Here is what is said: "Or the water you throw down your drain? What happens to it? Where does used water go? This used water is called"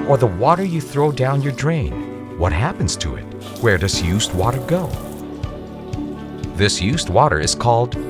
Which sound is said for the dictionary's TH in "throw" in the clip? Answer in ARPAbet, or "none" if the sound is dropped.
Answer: TH